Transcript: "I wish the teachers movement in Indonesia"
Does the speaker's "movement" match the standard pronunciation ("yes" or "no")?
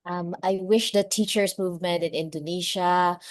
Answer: yes